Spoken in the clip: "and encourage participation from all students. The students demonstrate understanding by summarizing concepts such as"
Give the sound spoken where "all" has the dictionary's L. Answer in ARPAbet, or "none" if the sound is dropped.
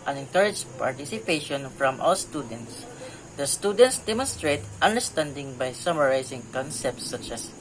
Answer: W